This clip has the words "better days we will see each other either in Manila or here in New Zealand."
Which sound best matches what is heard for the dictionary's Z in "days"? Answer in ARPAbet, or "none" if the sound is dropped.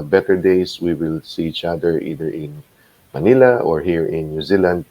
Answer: S